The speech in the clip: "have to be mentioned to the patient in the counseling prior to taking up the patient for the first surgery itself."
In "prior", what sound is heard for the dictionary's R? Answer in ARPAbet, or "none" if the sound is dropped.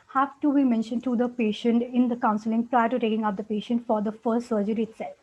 R